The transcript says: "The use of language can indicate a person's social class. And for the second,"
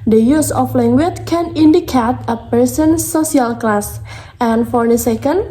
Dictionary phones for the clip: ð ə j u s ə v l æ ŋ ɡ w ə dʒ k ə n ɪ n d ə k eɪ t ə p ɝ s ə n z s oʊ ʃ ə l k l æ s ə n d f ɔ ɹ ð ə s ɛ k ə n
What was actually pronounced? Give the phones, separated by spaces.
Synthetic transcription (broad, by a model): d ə j u s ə f l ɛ ŋ ɡ w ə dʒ k ə n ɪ n d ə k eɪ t ə p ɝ s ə n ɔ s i ə l k l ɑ s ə n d f ɔ ɹ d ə s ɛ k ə n